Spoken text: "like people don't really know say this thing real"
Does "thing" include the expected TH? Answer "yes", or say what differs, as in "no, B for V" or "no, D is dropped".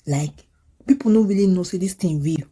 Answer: no, T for TH